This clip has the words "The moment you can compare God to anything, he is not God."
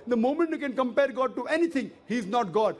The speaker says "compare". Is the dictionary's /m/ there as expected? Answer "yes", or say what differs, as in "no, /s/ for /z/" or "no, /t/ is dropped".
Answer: yes